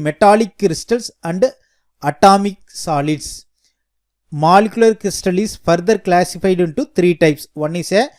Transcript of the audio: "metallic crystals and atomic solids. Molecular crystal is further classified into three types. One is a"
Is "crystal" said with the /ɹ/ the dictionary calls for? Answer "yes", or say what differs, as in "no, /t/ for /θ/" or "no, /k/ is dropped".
yes